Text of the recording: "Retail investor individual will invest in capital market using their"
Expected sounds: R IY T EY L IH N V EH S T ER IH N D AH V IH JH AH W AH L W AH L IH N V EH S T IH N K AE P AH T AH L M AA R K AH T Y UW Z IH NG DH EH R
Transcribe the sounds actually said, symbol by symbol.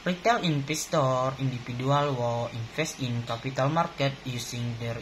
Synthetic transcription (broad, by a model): R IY T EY L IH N P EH S T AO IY N D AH F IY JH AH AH L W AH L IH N F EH S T IH N K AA P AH T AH L M AA R K AH T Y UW S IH NG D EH R